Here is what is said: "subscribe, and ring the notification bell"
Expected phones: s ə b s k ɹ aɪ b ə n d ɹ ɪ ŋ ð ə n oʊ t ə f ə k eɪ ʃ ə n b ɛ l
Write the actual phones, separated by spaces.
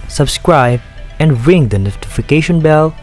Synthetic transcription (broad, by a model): s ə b s k ɹ aɪ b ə n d ɹ ɪ ŋ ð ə n oʊ t ə f ə k eɪ ʃ ə n b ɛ l